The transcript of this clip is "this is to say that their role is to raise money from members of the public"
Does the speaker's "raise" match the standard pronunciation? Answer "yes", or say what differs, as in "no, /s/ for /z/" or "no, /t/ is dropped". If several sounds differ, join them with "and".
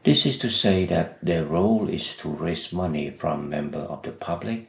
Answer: no, /s/ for /z/